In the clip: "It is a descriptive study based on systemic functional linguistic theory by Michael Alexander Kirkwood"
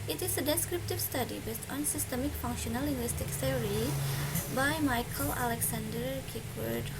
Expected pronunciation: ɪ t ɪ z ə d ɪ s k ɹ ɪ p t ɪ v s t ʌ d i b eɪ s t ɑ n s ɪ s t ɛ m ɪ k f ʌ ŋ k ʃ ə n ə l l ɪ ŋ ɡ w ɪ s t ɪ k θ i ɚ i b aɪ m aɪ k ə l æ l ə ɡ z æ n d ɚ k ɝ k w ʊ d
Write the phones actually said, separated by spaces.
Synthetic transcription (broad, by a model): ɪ t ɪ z ə d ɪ s k ɹ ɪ p t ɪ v s t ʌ d i b eɪ s t ɑ n s ɪ s t ɛ m ɪ k f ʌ ŋ k ʃ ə n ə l l ɪ ŋ ɡ w ɪ s t ɪ k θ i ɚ i b aɪ m aɪ k ə l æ l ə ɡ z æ n d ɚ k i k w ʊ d